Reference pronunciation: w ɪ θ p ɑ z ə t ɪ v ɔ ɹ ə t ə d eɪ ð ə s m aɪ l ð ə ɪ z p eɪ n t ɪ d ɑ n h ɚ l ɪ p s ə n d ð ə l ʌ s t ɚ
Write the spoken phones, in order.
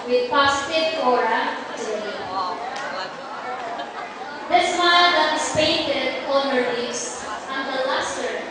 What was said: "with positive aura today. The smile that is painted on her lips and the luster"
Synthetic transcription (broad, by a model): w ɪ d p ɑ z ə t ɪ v ɔ ɹ ə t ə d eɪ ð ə s m aɪ l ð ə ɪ s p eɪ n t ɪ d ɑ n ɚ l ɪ s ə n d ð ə l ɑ s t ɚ